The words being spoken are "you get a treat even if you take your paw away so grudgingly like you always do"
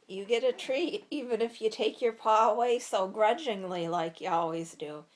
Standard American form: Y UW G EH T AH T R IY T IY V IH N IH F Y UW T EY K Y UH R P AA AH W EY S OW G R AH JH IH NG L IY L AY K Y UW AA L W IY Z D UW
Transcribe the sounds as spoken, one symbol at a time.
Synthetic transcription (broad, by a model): Y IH G EH T AH T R IY IY V IH N IH F Y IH T EY K Y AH R P AA AH W EY S OW G R AH JH IH NG L IY L AY K Y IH AA L W IY Z D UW